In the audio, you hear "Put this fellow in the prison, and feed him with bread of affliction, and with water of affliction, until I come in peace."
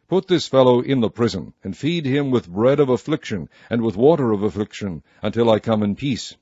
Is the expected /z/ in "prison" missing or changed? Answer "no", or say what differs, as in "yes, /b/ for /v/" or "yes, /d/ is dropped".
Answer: no